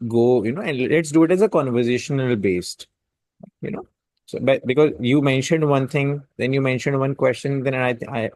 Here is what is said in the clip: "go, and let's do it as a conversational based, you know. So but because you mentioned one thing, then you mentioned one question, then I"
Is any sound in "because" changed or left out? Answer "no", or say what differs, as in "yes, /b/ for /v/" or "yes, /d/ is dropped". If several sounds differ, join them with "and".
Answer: no